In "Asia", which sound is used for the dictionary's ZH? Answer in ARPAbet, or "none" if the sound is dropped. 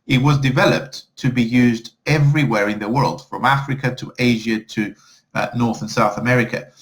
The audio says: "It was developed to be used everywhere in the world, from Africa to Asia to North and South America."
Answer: ZH